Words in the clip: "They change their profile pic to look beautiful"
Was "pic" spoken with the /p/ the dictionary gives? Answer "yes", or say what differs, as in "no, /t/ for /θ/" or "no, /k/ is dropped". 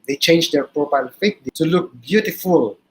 no, /f/ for /p/